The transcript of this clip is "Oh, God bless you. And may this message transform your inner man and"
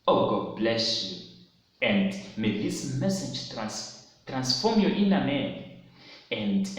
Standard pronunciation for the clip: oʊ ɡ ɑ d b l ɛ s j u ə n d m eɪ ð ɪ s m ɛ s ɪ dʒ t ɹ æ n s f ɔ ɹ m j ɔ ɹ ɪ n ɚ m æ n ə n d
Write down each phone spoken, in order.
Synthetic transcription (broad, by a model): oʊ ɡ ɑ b l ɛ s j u ə n d m eɪ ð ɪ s m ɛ s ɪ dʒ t ɹ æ n s f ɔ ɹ m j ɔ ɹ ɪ n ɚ m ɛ ə n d